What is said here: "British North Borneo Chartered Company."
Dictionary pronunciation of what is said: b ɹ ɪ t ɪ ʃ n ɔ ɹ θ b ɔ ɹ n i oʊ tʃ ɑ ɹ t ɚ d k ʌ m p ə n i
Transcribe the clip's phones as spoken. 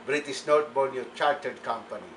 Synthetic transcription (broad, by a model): b ɹ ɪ t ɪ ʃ n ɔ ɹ t b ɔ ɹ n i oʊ tʃ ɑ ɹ t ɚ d k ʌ m p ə n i